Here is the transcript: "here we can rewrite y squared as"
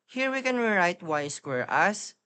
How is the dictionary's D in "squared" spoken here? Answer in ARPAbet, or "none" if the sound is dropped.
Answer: none